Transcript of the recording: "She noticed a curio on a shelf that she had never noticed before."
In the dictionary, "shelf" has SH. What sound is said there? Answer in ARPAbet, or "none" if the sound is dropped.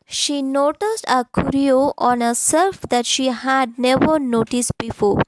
S